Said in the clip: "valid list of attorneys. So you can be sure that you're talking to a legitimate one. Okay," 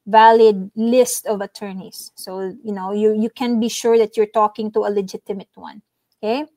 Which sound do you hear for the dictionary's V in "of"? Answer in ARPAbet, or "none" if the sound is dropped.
V